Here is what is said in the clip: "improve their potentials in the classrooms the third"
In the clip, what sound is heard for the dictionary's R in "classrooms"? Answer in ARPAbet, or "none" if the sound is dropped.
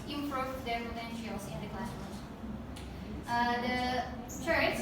none